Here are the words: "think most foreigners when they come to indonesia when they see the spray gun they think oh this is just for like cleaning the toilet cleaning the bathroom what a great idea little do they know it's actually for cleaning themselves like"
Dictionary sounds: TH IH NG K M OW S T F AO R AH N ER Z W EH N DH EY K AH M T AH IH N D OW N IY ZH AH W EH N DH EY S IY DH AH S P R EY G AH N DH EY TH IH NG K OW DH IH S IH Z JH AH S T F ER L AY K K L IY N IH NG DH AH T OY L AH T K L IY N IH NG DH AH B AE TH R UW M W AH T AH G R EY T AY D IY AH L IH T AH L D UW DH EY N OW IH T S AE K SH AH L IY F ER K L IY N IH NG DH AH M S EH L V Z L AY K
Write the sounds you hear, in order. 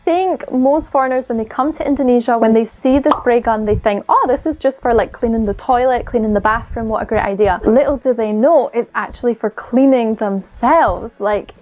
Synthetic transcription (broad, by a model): TH IH NG K M OW S T F AO R AH N ER Z W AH N DH EY K AH M T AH IH N D OW N IY ZH AH W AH N DH EY S IY DH AH S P R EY G AH N DH EY TH IH NG K OW DH IH S IH Z JH AH S T F ER L AY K K L IY N IH NG DH AH T OY L AH T K L IY N IH NG DH AH B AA TH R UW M W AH T AH G R EY T AY D IY AH L IH T L D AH DH EY N OW IH T S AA K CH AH L IY F ER K L IY N IH NG DH AH M S EH L V Z L AY K